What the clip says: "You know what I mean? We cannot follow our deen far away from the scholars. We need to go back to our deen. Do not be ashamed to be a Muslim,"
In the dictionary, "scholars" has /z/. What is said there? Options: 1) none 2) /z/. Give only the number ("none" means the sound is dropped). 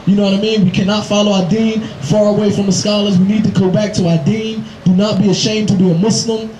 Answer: 2